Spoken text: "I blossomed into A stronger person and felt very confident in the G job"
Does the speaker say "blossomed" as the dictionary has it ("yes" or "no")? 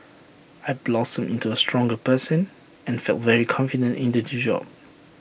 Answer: no